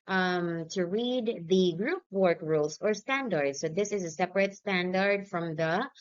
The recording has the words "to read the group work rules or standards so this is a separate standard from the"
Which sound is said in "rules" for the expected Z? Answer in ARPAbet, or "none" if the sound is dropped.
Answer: S